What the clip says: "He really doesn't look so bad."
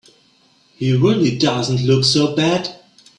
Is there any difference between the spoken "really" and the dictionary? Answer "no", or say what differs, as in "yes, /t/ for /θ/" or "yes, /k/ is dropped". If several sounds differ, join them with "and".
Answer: no